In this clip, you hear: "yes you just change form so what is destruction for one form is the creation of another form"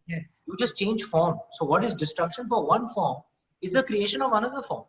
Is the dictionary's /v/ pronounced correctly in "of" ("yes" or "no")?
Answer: yes